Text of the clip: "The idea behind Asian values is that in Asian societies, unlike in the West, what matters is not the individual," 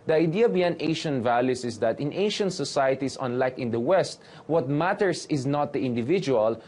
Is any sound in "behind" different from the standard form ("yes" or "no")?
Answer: yes